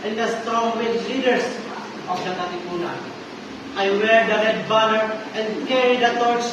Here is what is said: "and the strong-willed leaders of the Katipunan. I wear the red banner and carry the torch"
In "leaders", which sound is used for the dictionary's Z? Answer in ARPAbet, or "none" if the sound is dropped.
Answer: S